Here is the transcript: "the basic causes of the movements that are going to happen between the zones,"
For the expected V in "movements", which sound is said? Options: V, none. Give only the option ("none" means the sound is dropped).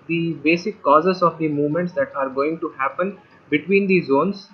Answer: V